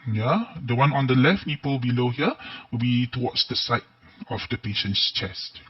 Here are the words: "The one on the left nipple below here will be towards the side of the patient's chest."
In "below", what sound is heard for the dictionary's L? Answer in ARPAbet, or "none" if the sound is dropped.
L